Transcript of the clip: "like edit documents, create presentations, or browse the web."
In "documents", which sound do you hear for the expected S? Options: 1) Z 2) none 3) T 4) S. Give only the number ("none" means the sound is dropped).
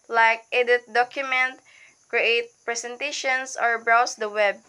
2